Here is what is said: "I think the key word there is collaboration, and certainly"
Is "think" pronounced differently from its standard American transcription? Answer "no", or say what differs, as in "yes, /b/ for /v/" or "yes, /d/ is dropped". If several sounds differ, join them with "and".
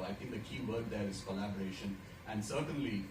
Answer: yes, /t/ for /θ/